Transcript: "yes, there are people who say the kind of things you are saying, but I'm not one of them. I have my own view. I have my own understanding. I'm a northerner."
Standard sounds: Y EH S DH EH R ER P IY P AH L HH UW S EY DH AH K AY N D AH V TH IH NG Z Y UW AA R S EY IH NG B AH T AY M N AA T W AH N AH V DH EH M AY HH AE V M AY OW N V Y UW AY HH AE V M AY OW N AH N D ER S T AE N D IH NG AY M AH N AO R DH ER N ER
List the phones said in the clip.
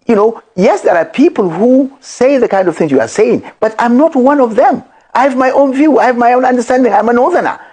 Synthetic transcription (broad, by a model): Y EH S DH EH R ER P IY P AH L HH UW S EY DH AH K AY N D AH V TH IH NG Z Y UW AA R S EY IH NG B AH T AY M N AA T W AH N AH V DH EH M AY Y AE V M AY OW N V Y UW AY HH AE V M AY OW N AH N D ER S T AE N D IH NG AY M AH N AO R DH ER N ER